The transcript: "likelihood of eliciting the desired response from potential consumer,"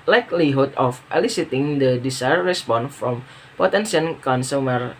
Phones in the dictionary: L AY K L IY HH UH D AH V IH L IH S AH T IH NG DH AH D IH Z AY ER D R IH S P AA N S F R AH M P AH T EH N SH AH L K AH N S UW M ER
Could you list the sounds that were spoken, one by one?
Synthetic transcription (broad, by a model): L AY K L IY HH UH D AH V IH L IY S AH T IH NG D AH D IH S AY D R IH S P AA N F R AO M P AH T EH N S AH N K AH N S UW M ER